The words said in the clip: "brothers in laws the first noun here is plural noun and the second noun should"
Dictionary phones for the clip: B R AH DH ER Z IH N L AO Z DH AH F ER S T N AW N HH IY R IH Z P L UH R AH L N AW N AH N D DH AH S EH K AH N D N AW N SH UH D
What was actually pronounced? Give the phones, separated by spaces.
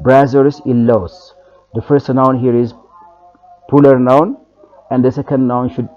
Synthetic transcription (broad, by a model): B R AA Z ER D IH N L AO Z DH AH F ER S T N AW N HH IY R IH Z P UH L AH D N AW N AH N D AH S EH K AH N D N AW N SH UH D